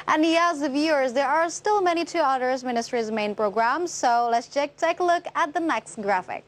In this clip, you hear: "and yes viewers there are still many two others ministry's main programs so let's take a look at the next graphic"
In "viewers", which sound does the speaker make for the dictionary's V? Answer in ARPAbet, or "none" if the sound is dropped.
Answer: V